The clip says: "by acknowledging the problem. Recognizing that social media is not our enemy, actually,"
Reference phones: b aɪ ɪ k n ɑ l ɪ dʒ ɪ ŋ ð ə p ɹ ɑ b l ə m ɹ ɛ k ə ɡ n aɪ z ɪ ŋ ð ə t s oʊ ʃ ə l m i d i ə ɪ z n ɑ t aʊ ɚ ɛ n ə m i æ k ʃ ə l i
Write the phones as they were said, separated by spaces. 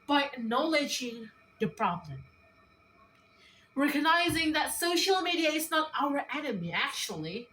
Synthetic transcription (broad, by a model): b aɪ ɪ n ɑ l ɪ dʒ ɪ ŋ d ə p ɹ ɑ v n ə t ɹ ɛ k ə ɡ n aɪ z ɪ ŋ ð ə t s oʊ ʃ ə l m i d i ə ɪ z n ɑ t aʊ ɚ ɛ n ə m i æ k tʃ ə l i